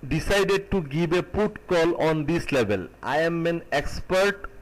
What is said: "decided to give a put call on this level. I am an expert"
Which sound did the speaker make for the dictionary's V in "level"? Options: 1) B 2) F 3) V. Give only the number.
1